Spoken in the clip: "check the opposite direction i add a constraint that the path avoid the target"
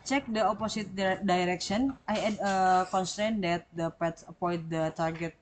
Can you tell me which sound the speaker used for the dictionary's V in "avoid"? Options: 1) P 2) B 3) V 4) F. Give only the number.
1